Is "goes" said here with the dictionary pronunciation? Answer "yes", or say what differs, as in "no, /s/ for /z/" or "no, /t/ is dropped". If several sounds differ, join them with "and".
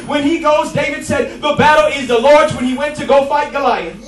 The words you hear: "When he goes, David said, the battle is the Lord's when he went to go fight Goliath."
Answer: yes